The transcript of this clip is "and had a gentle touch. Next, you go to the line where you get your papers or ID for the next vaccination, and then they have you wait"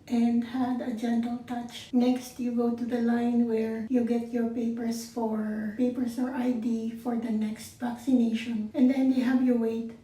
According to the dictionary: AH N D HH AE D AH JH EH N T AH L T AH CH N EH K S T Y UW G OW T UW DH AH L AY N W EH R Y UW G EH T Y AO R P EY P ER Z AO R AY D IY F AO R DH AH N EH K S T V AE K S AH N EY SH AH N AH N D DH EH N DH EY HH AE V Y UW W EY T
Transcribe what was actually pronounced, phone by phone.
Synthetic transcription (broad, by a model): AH N D HH AE D AH JH EH N T AH L T AH CH N EH K S T Y UW G OW T UW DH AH L AY N W EH R Y UW G EH T Y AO R P EY P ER S AO R AY D IY F AO R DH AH N EH K S T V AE K S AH N EY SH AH N AH N D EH N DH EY HH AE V Y UW W EY T